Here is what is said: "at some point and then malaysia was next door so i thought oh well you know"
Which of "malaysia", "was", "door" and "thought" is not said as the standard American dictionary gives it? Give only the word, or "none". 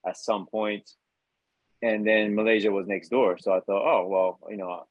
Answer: none